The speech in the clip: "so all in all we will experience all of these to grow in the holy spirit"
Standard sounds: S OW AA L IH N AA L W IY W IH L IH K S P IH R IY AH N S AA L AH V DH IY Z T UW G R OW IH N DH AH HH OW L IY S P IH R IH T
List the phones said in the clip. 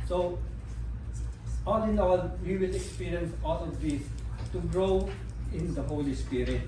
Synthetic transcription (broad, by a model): S OW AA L IH N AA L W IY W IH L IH K S P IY R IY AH N S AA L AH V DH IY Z T UW G R OW IH N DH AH HH OW L IY S P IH R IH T